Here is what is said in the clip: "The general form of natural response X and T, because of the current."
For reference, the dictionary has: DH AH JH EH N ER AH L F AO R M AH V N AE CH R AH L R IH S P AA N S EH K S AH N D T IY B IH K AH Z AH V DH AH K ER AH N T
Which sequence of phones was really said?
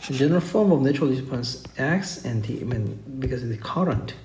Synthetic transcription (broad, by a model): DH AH JH EH N ER AH L F AO R M AH V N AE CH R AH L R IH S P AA N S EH K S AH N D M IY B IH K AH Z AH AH K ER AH N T